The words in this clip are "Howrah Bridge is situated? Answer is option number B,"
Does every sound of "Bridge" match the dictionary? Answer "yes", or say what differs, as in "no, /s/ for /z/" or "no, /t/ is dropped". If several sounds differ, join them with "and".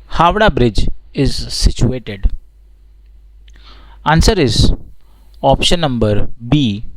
yes